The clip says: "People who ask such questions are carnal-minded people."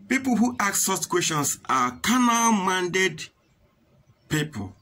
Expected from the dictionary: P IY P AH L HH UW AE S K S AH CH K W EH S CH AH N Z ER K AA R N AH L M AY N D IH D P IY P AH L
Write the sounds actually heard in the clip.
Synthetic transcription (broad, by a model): P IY P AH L HH UW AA K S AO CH K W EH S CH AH N S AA K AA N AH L M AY N D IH D P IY P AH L